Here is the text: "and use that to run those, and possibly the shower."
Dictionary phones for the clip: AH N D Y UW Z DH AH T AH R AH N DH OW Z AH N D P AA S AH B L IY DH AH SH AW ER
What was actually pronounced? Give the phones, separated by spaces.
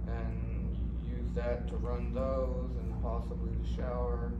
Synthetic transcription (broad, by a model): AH N Y UW Z DH AH T AH R AH N DH OW Z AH N P AA S AH B L IY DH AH SH AW ER